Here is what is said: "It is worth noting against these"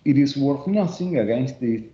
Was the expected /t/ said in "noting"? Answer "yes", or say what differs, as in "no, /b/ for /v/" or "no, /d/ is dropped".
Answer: no, /s/ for /t/